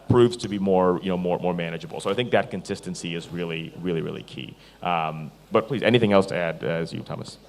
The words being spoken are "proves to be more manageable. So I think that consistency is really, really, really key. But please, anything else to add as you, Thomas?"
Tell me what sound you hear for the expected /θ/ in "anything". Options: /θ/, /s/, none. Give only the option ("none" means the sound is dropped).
/θ/